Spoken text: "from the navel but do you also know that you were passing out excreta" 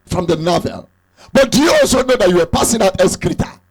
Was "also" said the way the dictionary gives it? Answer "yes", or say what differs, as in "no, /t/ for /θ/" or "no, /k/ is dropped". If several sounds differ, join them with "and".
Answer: yes